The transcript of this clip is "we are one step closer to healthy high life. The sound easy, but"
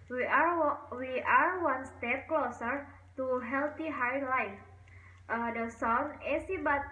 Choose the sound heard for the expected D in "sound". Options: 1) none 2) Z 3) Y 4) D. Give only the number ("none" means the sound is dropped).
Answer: 1